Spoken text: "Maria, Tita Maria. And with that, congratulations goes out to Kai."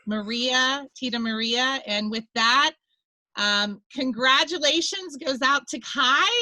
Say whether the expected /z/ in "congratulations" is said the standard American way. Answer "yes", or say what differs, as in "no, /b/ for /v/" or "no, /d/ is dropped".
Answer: yes